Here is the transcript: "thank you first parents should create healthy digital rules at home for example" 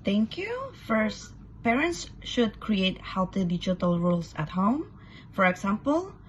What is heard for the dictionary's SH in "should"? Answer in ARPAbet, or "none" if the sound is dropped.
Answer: SH